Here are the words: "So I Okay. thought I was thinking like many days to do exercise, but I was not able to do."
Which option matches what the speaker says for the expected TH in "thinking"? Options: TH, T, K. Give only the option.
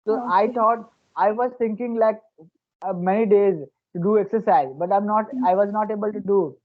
T